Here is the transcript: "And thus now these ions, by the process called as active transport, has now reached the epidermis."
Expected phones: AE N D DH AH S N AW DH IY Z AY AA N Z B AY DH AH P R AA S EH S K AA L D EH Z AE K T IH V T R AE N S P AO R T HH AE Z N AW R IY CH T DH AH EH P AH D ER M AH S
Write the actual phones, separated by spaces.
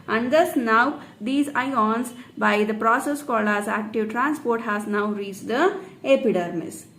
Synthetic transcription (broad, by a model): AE N D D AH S N AW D IY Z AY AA N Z B AY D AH P R AA S EH S K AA L AH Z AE K T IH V T R AE N S P AO R T HH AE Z N AW R IY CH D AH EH P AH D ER M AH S